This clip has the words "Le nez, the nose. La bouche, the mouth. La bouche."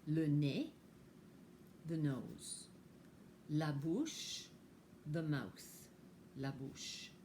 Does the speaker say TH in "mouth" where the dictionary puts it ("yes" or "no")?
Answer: no